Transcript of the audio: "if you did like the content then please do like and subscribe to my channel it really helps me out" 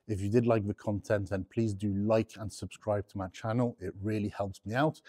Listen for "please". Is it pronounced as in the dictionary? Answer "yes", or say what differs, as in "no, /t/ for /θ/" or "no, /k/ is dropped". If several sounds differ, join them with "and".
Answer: yes